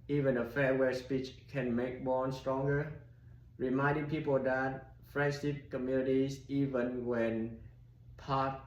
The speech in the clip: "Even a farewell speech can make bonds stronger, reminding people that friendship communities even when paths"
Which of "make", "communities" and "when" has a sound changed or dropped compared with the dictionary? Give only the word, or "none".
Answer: communities